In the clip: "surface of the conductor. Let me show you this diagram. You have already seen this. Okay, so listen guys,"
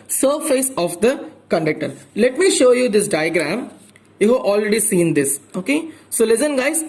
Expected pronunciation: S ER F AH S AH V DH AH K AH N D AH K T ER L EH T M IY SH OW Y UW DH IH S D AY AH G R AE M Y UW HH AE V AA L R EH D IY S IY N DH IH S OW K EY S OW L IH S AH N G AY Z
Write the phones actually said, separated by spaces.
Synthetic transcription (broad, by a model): S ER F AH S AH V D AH K AH N D AH K T ER L EH T M IY SH OW Y UW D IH S D AY AH G R AE M Y UW HH AE V AA L R EH D IY S IY N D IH S OW K EY S OW L IH S AH N G AY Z